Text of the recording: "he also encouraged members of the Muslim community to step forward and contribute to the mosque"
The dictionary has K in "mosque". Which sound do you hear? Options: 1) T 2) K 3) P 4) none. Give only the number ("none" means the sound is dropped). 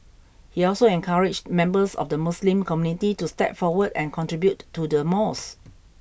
4